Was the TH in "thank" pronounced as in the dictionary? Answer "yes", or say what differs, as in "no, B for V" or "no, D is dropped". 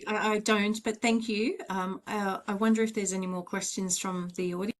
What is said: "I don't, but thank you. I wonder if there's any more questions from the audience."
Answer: yes